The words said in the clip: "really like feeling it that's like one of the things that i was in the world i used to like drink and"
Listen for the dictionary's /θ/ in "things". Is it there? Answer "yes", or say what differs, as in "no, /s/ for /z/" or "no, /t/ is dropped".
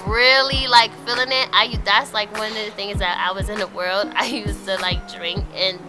yes